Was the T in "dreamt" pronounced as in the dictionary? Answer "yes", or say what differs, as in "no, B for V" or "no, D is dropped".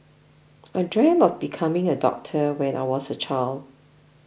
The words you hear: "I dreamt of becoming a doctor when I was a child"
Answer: no, T is dropped